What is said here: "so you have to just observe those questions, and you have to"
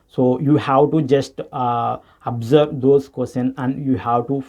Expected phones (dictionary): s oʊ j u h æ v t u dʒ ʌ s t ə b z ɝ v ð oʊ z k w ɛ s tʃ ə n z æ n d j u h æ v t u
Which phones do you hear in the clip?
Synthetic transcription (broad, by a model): s oʊ j u h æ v t u dʒ ʌ s t ə b z ɝ v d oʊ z k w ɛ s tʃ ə n æ n d j u h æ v t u